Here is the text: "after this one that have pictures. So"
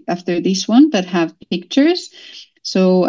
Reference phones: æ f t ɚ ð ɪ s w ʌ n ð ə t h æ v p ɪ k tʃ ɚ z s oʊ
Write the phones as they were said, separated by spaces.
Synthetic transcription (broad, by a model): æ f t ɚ ð ɪ s w ʌ n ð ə t h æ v p ɪ k tʃ ɚ z s oʊ